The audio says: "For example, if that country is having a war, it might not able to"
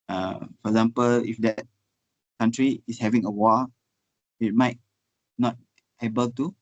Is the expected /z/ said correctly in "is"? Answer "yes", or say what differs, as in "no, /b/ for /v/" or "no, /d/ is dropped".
no, /s/ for /z/